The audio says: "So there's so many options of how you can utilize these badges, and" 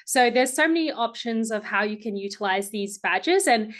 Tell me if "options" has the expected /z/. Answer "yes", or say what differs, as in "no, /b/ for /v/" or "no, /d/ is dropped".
yes